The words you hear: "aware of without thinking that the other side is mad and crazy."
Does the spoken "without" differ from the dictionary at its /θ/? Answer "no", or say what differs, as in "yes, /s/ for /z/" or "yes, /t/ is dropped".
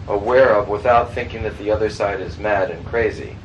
no